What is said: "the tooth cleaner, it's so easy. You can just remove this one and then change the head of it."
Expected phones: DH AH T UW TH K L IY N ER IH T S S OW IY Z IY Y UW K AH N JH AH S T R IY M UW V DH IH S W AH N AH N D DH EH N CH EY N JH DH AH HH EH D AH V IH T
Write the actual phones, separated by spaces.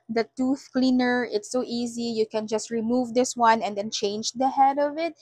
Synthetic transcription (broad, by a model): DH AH T UW TH K L IY N ER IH T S S OW IY Z IY Y UW K AH N JH AH S T R IY M UW V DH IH S W AH N AH N D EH N CH EY N JH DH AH HH EH D AH V IH T